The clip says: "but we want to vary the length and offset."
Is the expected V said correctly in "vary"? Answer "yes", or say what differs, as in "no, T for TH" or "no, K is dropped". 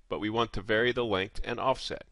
yes